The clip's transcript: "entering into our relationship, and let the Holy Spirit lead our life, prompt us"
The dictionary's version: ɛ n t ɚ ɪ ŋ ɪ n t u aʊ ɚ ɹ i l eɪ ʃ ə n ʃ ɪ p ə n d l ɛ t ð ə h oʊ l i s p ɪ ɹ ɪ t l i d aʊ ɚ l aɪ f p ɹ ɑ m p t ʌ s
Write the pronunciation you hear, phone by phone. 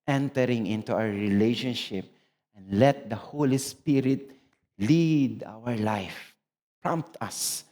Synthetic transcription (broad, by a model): ɛ n t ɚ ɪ ŋ ɪ n t u aʊ ɚ ɹ i l eɪ ʃ ə n ʃ ɪ p ə n d l ɛ t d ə h oʊ l i s p ɪ ɹ ɪ t l i d aʊ ɚ l aɪ f p ɹ ɑ m p t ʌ s